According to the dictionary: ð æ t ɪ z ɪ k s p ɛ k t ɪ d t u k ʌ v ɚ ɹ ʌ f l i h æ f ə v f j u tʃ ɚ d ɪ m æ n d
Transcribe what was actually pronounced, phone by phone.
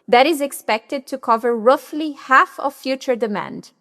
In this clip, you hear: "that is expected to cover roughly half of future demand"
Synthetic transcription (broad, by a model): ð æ t ɪ z ɪ k s p ɛ k t ɪ d t u k ʌ v ɚ ɹ ʌ f l i h æ f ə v f j u tʃ ɚ d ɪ m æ n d